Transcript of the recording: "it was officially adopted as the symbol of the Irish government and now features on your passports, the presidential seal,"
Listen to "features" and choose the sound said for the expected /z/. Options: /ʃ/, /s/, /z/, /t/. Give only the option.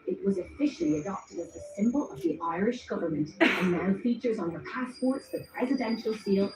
/z/